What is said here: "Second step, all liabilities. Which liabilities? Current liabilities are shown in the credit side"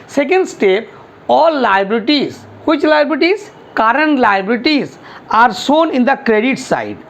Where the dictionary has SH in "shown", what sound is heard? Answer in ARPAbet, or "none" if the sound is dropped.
S